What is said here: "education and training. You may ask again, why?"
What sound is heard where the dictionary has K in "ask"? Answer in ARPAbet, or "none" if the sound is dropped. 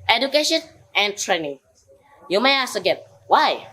none